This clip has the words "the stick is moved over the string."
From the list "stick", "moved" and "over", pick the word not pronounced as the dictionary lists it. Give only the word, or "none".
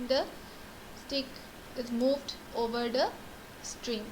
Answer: none